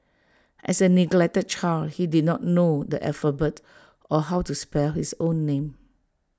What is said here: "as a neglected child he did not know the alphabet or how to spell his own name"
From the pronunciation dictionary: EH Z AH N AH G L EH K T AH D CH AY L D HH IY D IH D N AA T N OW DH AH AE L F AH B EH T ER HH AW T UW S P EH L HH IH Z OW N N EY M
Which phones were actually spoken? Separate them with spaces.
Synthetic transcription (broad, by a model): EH S AH N AH G L EH K T AH D CH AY L HH IY D IH D N AA T N OW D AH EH F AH B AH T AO HH AW T UW S P EH L HH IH S OW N N EY M